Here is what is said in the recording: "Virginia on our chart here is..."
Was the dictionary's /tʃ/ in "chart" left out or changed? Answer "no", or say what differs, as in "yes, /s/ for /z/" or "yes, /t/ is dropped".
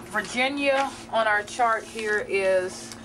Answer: no